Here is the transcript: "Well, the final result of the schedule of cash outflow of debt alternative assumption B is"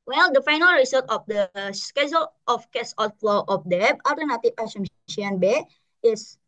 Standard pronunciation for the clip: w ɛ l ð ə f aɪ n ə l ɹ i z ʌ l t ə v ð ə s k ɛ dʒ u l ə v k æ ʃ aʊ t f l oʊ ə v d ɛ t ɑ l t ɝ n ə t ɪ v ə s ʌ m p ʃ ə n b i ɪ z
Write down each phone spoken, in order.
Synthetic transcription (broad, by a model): w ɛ l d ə f aɪ n ə l ɹ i s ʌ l t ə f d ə s k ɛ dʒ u l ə f k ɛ s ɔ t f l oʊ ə f d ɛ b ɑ l t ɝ n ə t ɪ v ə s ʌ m ʃ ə n b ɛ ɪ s